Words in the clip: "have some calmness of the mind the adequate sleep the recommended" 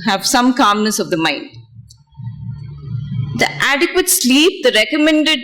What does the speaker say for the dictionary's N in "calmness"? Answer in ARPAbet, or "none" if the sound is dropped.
N